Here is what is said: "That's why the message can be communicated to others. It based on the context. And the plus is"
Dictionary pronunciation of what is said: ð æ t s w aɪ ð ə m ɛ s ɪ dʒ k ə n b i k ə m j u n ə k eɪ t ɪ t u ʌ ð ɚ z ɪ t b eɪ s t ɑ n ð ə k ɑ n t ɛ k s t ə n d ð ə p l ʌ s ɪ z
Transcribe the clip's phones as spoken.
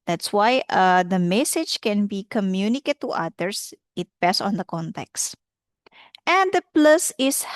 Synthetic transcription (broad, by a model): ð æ t s w aɪ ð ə m ɛ s ɪ dʒ k ə n b i k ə m j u n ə k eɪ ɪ t u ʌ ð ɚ s ɪ t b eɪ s ɑ n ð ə k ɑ n t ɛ k s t ə n d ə p l ʌ s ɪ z